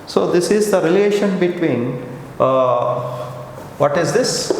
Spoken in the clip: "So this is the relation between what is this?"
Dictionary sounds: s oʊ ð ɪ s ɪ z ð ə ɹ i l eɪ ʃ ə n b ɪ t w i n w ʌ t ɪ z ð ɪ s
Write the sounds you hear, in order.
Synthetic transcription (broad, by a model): s oʊ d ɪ s ɪ z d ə ɹ i l eɪ ʃ ə n b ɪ t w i n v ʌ t ɪ z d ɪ s